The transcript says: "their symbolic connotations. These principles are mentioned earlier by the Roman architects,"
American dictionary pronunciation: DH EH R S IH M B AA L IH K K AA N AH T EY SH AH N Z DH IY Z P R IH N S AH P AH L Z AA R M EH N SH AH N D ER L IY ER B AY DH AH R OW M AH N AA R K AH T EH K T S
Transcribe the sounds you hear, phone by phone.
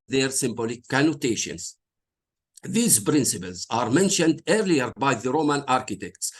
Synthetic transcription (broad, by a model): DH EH R S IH M B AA L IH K K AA N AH T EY SH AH N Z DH IY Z P R IH N S AH P AH L Z AA R M EH N SH AH N D ER L IY ER B AY DH AH R OW M AH N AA R K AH T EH K T S